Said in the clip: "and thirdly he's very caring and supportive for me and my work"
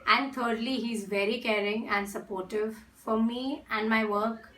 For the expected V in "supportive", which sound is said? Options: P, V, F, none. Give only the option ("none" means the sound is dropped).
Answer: V